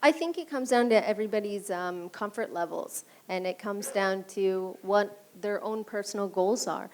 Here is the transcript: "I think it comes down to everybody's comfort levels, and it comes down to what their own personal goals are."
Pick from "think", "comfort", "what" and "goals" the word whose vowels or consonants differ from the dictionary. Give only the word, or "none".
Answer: none